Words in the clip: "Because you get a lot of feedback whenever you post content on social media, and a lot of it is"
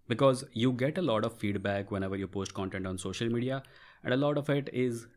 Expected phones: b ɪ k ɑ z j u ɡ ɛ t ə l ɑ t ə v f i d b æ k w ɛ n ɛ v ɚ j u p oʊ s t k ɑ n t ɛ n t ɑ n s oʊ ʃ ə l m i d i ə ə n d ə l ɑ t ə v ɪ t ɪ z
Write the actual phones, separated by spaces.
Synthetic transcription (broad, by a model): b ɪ k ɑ z j u ɡ ɛ t ə l ɑ t ə v f i d b æ k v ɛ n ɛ v ɚ j u p oʊ s t k ɑ n t ɛ n t ɑ n s oʊ ʃ ə l m i d i ə ə n d ə l ɑ t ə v ɪ t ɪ z